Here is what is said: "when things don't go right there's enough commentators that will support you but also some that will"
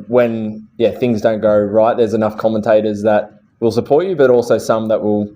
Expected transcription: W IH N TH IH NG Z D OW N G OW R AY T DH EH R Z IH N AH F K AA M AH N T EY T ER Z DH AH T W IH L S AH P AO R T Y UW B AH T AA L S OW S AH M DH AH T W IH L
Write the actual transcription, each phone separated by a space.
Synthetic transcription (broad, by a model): W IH N TH IH NG Z D OW N G OW R AY T DH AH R Z IH N AH F K AA M AH N T EY T ER Z DH AH T W IH L S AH P AO R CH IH B AH T AA L S OW S AH M DH AH T W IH L